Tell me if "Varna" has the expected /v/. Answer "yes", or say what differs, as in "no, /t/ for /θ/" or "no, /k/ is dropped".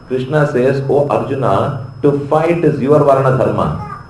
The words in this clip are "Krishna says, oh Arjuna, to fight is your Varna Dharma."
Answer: yes